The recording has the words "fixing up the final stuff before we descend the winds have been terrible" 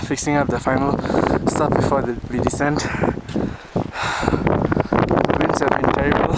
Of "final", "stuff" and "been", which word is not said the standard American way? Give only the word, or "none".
stuff